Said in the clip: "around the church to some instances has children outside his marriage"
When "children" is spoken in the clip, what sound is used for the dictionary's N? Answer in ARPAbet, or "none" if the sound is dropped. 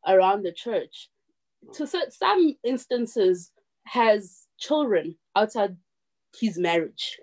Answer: N